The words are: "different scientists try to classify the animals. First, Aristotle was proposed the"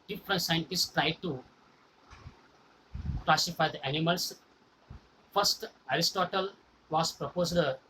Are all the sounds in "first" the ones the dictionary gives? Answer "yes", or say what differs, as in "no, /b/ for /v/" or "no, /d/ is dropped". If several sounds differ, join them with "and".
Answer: yes